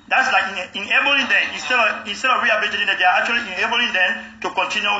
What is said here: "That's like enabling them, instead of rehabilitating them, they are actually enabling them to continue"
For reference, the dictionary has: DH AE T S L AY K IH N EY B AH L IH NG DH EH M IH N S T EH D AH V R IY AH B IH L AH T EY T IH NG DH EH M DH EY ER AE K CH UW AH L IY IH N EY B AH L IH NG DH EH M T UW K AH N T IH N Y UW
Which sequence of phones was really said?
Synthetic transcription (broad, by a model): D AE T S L AY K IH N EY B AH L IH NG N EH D IH N S T EH D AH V R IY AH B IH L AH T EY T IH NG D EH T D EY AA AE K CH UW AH L IY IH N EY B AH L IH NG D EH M T UW K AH N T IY N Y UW